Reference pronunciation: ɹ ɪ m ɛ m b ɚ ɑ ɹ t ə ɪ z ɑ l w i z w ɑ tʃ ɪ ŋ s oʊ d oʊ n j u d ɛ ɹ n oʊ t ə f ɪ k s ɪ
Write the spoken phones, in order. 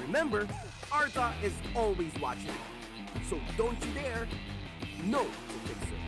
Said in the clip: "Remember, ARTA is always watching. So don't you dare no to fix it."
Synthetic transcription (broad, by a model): ɹ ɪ m ɛ m b ɚ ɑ ɹ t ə ɪ z ɑ l w i z w ɑ tʃ ɪ ŋ s oʊ d oʊ n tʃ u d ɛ ɹ n oʊ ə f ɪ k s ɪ